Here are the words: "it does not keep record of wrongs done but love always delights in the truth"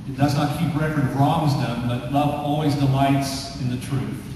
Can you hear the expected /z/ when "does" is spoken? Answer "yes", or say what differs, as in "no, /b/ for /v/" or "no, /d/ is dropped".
yes